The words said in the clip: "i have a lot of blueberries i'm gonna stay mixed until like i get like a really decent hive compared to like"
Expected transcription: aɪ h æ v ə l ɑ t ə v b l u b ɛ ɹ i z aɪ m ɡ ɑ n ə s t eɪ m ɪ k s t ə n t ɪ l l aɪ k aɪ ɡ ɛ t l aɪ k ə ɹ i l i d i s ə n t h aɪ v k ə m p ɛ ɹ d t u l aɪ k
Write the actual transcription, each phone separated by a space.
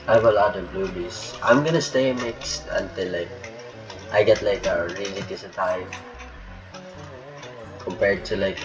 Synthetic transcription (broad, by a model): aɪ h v ə l ɑ t ə v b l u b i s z aɪ m ɡ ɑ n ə s t eɪ m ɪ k s t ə n t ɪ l l aɪ k aɪ ɡ ɛ t l aɪ k ə ɹ i l i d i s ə t aɪ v k ə m p ɛ ɹ d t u l aɪ k